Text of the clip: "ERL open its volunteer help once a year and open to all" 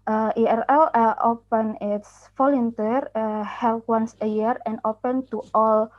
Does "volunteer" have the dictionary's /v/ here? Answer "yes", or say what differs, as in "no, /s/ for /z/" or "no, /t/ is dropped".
no, /f/ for /v/